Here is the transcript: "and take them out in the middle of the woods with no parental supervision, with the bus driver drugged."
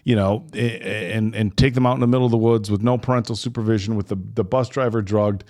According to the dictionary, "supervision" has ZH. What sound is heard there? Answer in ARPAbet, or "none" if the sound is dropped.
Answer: ZH